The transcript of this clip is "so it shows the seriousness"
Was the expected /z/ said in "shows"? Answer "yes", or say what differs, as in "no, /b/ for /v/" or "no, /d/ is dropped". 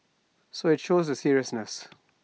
yes